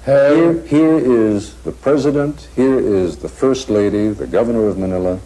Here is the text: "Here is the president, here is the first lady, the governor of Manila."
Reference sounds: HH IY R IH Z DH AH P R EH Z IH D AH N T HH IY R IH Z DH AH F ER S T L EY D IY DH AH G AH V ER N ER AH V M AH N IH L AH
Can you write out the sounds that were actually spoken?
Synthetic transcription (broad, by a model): HH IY R IH Z DH AH P R EH Z IH D AH N T HH IY R IH Z DH AH F ER S T L EY D IY DH AH G AH V ER N ER AH V M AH N IH L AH